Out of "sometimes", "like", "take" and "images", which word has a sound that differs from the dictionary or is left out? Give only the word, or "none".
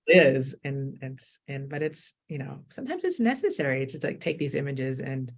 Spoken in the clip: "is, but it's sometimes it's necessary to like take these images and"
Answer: none